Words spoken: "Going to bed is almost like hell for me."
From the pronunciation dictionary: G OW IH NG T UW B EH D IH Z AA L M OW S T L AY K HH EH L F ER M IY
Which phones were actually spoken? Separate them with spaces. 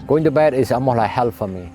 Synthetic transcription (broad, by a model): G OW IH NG T UW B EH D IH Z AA M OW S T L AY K HH EH L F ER M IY